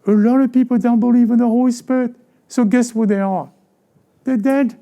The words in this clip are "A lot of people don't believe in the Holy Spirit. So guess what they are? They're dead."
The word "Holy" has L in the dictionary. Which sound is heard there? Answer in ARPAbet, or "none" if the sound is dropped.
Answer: none